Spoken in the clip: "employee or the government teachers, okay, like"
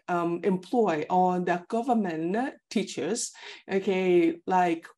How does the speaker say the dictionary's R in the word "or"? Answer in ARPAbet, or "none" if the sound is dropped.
L